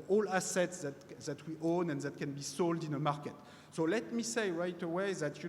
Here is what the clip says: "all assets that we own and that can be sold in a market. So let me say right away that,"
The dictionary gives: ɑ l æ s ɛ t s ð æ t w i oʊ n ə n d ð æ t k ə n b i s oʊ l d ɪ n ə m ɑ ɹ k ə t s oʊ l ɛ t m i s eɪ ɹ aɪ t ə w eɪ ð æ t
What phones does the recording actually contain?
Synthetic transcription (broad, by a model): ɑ l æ s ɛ t s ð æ t w i oʊ n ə n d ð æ t k ə n b i s oʊ l d ɪ n ə m ɑ ɹ k ə t s oʊ l ɛ t m i s eɪ ɹ aɪ t ə w eɪ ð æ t